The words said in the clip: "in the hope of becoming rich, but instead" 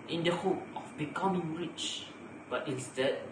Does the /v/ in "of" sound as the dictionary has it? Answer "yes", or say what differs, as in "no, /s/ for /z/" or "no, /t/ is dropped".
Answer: no, /f/ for /v/